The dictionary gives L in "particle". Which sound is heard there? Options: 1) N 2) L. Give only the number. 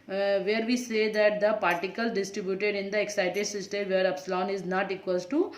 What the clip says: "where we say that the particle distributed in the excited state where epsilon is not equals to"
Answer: 2